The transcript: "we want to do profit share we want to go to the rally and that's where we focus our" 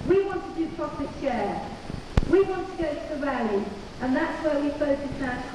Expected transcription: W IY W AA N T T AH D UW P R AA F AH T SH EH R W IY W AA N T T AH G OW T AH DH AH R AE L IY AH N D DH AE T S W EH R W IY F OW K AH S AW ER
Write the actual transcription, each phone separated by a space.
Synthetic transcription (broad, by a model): W IY W AA N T T AH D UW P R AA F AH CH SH EH W IY W AA N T T AH G OW T AH DH AH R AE L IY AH N DH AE T S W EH W IY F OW AH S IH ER